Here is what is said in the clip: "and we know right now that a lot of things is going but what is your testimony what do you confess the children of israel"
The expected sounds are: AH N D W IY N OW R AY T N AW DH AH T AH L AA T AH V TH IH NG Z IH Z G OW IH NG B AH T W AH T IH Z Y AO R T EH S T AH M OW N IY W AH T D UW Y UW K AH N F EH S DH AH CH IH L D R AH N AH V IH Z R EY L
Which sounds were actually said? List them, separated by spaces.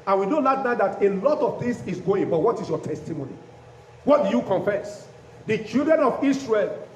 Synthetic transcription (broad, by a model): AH N W IY N OW L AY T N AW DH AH T AH L AA T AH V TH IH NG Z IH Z G OW IH NG B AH T W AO T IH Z Y AO T EH S T AH M OW N IY W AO T D UW Y UW K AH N F EH S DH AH CH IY L D R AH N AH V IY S R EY L